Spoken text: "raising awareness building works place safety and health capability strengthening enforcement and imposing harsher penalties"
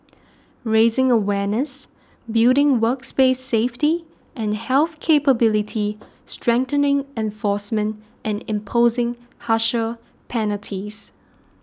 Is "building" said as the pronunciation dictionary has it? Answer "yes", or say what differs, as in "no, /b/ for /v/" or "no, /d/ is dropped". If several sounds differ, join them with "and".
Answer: no, /l/ is dropped